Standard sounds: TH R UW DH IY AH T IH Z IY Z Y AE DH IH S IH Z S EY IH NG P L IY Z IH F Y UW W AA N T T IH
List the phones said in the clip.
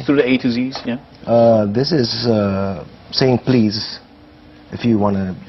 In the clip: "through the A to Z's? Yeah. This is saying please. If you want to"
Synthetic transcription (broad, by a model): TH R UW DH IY AH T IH Z IY Z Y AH DH IH S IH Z S EY IH NG P L IY Z IH F Y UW W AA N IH